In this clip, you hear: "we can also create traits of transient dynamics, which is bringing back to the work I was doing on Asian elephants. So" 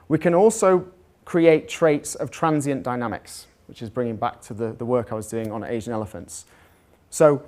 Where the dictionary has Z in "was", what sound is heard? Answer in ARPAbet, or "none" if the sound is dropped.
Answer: Z